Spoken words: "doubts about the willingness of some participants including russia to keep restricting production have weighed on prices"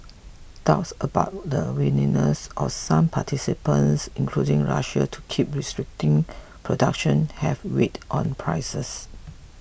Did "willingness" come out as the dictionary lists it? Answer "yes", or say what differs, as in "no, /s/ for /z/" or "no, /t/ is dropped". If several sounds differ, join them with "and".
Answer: no, /n/ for /l/ and /ŋ/ is dropped